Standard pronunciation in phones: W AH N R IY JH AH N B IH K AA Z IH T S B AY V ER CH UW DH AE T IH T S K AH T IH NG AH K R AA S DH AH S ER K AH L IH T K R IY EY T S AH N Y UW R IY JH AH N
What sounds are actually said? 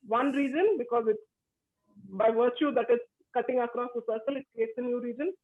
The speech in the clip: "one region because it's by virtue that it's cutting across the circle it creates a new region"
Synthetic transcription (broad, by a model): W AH N R IY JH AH N B IH K AA Z IH T S B AY V ER CH UW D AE T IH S K AH T IH NG AH K R AA S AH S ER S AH L IH T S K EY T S AH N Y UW R IY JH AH N